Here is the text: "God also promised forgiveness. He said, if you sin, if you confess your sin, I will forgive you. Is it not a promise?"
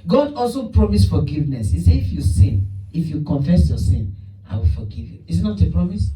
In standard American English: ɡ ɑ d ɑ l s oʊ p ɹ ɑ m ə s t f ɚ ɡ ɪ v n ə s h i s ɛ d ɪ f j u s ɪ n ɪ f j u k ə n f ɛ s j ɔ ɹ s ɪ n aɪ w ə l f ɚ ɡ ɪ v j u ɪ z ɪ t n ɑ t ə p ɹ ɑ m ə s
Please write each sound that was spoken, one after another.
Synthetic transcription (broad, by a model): ɡ ɑ d ɑ l s oʊ p ɹ ɑ m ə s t f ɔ ɡ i v n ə s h i s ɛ ɪ f j u s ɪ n ɪ f j u k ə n f ɛ s j ɔ s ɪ n aɪ w ə l f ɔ ɡ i v j u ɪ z ɪ t n ɑ t ə p ɹ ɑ m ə s